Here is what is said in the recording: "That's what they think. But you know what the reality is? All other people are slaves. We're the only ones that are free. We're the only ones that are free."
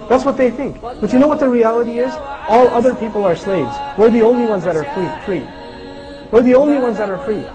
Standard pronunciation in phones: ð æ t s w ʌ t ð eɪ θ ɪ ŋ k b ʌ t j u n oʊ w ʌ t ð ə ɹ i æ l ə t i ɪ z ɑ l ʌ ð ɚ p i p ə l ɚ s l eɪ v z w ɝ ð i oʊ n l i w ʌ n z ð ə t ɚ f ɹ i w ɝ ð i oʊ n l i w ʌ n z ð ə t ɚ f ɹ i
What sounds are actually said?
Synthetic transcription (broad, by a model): ð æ t s w ʌ t ð eɪ θ ɪ ŋ k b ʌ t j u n oʊ w ʌ t ð ə ɹ i æ l ə t i ɪ z ɑ l ʌ ð ɚ p i p l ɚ s l eɪ v z w ɝ ð i oʊ n l i w ʌ n z ð ə t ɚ f ɹ i w ɝ ð i oʊ n l i w ʌ n z ð ə t ɚ f ɹ i